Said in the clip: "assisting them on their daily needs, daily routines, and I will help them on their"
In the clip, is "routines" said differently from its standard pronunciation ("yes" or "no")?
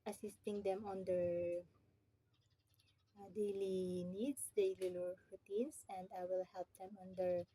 yes